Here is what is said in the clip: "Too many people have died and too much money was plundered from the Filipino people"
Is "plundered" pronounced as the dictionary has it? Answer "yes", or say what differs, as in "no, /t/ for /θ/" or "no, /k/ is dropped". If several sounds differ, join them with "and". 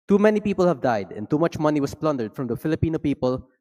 yes